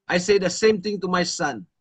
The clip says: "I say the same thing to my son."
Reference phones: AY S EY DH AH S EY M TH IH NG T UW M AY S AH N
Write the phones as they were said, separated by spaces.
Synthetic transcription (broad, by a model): AY S EY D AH S EY M T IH NG T UW M AY S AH N